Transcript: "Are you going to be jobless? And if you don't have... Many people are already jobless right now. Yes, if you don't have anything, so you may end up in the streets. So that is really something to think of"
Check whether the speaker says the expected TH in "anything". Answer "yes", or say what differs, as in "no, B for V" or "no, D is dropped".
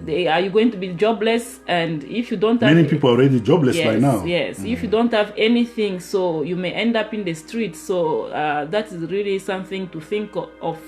yes